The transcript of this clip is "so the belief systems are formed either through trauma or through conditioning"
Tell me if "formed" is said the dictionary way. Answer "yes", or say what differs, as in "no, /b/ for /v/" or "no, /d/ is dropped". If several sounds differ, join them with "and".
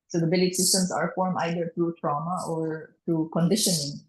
no, /d/ is dropped